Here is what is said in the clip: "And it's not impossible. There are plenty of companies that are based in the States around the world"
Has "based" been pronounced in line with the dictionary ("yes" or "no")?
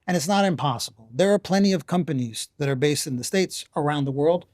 yes